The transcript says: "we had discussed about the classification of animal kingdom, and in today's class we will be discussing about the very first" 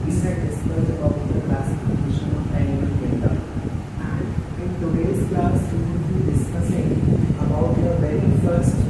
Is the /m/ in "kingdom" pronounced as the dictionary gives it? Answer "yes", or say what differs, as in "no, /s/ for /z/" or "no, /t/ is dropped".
no, /m/ is dropped